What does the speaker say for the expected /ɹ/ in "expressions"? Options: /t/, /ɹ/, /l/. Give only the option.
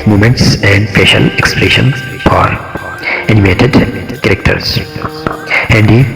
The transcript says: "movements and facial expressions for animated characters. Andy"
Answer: /l/